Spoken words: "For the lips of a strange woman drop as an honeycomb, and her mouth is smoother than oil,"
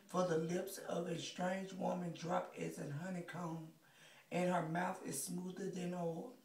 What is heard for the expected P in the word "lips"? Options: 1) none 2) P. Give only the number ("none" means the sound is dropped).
2